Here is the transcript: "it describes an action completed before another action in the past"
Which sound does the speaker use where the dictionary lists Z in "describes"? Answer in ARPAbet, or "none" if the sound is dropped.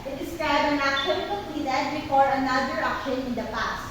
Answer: none